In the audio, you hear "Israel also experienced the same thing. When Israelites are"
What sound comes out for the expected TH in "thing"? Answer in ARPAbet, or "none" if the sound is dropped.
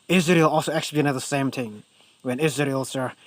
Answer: T